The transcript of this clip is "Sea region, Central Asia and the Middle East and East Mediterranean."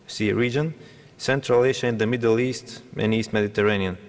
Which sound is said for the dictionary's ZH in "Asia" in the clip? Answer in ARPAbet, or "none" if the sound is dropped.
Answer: SH